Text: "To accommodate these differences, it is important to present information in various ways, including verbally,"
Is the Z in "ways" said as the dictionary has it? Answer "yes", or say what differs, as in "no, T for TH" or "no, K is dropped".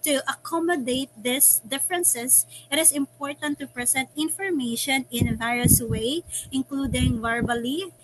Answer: no, Z is dropped